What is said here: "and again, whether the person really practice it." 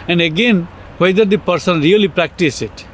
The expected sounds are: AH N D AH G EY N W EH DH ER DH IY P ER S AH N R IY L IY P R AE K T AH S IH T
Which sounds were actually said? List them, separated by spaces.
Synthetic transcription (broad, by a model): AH N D AH G EY N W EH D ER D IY P ER S AH N R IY L IY P R AE K T AH S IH T